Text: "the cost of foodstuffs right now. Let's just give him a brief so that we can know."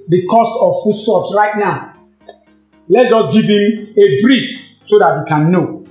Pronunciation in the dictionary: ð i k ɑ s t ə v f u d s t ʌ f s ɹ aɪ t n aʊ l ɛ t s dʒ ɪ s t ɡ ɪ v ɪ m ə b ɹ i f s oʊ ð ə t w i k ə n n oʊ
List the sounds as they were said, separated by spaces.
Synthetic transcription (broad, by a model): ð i k ɑ s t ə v f u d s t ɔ p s ɹ aɪ t n aʊ l ɛ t dʒ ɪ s ɡ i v ɪ m ə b ɹ i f s oʊ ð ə t w i k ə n n oʊ